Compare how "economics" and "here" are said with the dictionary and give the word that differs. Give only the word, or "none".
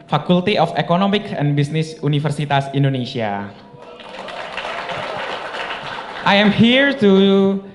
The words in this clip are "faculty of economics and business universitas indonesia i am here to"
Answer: economics